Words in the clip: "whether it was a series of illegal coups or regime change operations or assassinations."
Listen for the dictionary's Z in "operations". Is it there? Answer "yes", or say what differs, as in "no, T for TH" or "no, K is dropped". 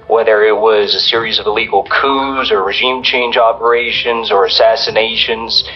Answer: yes